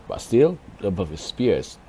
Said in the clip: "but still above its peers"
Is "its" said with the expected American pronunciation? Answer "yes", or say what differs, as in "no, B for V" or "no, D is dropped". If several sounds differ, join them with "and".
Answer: no, S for T